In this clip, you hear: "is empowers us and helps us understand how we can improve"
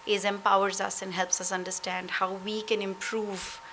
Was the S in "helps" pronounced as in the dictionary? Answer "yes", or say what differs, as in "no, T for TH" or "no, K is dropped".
yes